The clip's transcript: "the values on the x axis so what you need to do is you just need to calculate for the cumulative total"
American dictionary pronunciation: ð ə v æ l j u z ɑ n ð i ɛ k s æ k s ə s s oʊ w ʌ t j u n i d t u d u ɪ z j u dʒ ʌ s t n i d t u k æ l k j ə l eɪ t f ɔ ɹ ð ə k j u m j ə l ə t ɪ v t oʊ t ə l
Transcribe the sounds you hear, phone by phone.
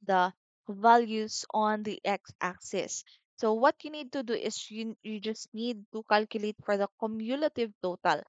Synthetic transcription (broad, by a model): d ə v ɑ l j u s ɑ n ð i ɛ k s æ k s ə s s oʊ w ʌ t j u n i d t u d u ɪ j j u dʒ ʌ s t n i d t u k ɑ l k j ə l eɪ t f ɔ ɹ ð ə k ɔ m j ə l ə t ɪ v t oʊ t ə l